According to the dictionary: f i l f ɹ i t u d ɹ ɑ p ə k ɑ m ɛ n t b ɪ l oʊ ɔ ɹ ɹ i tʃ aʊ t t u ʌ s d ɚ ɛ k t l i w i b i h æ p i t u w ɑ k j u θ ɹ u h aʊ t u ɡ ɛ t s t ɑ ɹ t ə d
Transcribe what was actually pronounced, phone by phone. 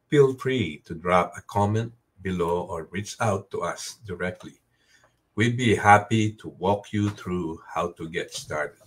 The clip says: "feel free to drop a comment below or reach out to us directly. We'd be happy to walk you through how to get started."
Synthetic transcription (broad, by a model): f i l f ɹ i t u d ɹ ɑ p ə k ɑ m ɛ n t b ɪ l oʊ ɔ ɹ ɹ i tʃ aʊ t t u ʌ s d ɚ ɛ k t l i w i b i h æ p i t u w ɑ k j u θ ɹ u h aʊ t u ɡ ɛ t s t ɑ ɹ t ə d